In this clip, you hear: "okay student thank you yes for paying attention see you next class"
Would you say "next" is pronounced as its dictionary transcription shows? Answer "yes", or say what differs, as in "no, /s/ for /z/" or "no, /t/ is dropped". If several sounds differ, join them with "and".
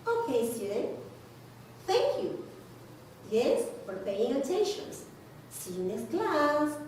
no, /k/ is dropped